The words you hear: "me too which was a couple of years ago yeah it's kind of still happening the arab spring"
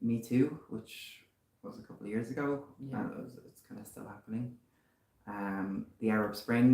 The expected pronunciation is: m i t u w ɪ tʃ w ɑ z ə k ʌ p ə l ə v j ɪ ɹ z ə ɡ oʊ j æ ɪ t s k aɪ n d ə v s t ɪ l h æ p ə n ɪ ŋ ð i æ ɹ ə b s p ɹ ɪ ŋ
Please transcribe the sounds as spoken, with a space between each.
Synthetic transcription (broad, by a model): m i t u w ɪ tʃ w ɑ z ə k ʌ p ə l ə v j ɪ ɹ z ə ɡ oʊ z ɪ t s k aɪ n d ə s t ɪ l h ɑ p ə n ɪ ŋ ð i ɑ ɹ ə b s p ɹ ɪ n